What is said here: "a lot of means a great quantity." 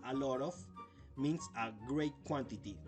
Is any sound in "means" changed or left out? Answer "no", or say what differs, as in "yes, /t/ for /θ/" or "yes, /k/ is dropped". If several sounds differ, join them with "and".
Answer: yes, /s/ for /z/